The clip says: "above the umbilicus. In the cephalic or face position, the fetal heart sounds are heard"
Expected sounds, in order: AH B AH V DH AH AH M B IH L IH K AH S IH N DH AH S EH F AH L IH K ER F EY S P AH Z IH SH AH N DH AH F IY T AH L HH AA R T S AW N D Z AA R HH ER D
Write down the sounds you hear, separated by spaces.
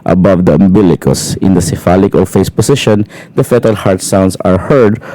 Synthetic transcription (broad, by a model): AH B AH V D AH AH M B IH L IH K AH S IH N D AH S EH F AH L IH K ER F EY S P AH S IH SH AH N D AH F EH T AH L HH AA R T S AW N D S AA R HH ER D